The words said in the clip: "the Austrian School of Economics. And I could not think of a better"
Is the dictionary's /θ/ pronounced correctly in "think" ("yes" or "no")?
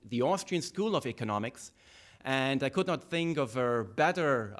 yes